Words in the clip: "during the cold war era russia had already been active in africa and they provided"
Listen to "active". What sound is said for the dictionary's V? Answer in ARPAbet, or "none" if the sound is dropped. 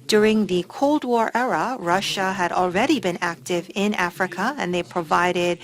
V